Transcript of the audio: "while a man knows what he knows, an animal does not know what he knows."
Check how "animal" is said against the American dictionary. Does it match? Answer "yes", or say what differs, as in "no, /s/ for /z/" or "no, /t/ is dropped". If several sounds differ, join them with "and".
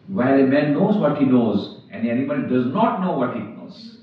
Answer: no, /n/ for /l/